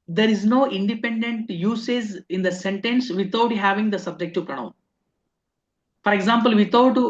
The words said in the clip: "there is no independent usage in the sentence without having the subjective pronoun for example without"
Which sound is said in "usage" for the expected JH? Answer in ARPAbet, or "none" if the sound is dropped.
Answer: Z